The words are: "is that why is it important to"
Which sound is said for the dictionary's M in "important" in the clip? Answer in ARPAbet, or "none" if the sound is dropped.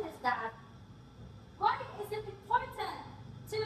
none